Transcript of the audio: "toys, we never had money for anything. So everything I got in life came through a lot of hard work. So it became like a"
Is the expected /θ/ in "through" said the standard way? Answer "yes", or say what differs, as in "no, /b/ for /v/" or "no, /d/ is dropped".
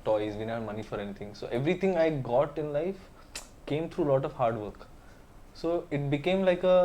no, /t/ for /θ/